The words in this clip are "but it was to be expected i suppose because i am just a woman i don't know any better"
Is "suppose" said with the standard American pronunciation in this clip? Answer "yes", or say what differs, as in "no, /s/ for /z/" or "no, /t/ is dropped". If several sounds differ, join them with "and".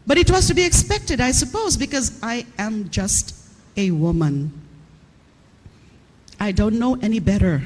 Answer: yes